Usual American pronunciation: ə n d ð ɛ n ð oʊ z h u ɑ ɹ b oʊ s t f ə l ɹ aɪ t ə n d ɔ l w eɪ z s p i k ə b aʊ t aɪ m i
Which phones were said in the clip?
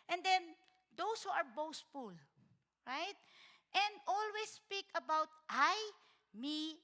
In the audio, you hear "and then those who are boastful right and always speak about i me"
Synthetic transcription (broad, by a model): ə n d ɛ n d oʊ s h u ɑ ɹ b oʊ s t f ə l ɹ aɪ t ə n d ɔ l w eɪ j s p i k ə b aʊ t aɪ m i